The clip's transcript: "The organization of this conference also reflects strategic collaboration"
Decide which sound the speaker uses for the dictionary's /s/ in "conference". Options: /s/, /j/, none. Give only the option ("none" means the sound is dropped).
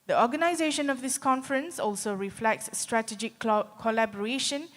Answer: /s/